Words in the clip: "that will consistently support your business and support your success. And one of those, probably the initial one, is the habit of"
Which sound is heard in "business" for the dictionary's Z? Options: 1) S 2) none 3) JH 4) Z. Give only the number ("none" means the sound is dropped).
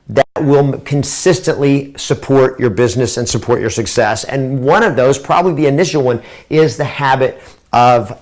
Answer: 4